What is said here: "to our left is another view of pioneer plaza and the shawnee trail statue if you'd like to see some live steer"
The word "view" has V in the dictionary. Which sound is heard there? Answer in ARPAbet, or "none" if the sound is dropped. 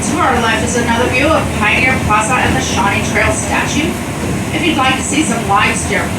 V